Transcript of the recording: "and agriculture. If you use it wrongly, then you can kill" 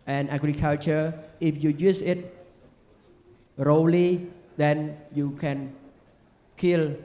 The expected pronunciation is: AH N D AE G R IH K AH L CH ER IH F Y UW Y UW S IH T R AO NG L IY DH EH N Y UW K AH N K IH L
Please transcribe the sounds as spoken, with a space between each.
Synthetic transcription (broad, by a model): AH N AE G R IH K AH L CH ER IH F Y UW Y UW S IH T R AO L IY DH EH N Y UW K AH N K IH L